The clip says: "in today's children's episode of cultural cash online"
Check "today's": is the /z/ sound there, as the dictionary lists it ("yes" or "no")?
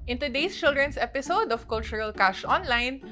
no